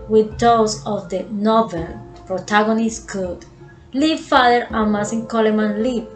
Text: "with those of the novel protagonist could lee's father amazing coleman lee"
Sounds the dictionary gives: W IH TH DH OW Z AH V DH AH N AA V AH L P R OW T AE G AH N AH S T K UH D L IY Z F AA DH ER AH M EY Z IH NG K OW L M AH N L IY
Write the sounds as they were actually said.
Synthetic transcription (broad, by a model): W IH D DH OW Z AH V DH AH N AA V AH L P R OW T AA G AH N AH S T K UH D L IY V F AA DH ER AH M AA S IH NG K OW L M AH N L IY